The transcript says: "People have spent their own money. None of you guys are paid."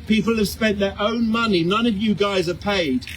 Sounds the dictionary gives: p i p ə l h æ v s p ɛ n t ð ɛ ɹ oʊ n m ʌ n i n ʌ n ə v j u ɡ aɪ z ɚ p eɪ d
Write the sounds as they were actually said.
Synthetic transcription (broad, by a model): p i p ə l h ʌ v s p ɛ n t ð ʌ ɹ oʊ n m ʌ n i n ʌ n ə v j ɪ ɡ aɪ z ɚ p eɪ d